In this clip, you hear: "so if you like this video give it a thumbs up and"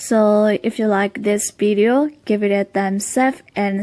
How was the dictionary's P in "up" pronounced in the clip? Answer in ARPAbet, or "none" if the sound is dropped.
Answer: F